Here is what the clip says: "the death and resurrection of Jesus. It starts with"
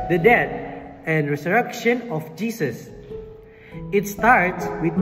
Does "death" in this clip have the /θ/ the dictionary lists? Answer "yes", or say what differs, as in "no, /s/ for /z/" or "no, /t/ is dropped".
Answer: no, /t/ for /θ/